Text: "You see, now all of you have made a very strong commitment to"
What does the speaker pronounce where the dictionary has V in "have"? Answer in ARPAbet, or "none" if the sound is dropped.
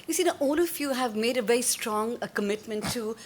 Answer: V